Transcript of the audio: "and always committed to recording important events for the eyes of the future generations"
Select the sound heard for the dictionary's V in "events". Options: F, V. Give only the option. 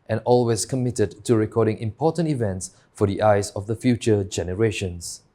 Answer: V